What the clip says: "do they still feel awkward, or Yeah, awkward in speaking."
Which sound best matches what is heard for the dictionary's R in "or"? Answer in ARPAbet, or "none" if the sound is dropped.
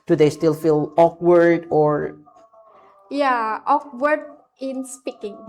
R